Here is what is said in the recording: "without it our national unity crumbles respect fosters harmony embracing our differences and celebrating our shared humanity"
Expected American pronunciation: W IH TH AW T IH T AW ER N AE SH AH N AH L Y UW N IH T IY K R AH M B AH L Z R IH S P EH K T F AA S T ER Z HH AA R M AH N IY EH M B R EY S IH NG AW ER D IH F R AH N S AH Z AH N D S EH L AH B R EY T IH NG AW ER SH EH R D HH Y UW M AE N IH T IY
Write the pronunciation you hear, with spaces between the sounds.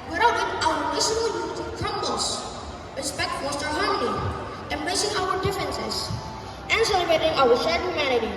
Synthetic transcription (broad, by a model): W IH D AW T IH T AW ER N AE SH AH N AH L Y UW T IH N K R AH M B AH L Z R IH S P EH K T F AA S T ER HH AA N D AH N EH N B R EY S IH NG AW ER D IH F R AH N S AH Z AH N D S EH L AH B R EY T IH NG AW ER S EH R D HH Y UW M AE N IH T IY